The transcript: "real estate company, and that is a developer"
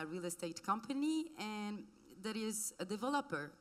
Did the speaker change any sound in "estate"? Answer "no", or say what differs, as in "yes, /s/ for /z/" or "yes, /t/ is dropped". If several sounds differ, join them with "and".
no